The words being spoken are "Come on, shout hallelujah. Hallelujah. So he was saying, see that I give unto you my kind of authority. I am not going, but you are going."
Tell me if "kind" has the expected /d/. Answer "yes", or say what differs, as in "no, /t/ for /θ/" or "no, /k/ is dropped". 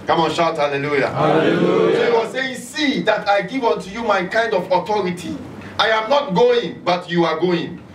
yes